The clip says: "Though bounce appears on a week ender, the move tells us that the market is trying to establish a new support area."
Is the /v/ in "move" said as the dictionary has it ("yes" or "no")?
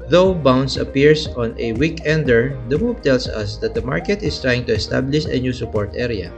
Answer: no